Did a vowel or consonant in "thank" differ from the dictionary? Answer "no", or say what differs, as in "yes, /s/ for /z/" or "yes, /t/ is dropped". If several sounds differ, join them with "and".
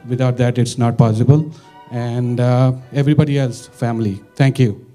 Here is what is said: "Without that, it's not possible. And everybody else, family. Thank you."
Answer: yes, /t/ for /θ/